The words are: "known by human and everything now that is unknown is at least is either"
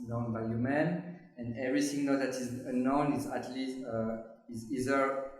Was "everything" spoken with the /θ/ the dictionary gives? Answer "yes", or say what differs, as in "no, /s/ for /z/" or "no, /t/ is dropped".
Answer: no, /s/ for /θ/